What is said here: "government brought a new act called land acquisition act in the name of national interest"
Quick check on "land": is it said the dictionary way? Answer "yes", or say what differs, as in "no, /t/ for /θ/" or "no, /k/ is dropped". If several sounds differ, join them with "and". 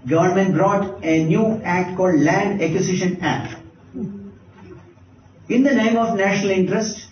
yes